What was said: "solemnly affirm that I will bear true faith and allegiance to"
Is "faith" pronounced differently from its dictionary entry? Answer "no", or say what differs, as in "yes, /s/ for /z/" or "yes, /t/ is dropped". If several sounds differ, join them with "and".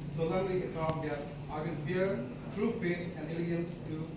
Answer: yes, /p/ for /f/